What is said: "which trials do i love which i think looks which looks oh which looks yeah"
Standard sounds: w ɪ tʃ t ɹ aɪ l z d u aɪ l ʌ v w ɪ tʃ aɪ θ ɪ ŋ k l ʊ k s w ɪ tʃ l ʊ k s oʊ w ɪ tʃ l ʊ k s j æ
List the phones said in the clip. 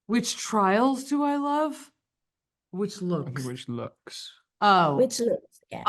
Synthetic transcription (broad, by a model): w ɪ tʃ t ɹ aɪ l z d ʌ aɪ l ʌ v w ɪ tʃ l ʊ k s w ɪ tʃ l ʊ k s oʊ w ɪ tʃ l ʊ k s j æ